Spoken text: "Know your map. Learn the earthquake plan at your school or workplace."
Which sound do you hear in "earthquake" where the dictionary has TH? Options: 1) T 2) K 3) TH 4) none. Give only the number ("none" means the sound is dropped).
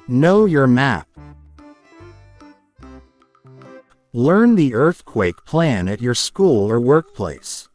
3